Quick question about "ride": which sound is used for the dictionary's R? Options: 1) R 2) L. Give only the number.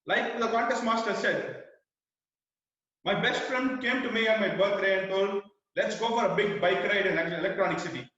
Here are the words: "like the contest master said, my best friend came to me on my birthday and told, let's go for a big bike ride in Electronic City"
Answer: 1